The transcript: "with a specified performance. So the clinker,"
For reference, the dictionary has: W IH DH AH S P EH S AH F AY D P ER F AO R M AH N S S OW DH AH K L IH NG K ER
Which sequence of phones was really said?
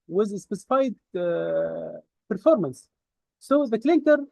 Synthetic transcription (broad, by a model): W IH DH AH S P EH S AH F AY D P ER F AO R M AH N S S OW DH AH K L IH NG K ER